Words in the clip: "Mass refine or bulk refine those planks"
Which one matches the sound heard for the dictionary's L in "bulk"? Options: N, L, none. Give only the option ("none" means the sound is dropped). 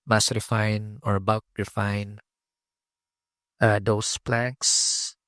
none